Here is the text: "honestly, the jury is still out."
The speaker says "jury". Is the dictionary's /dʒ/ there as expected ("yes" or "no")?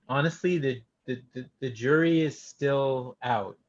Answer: yes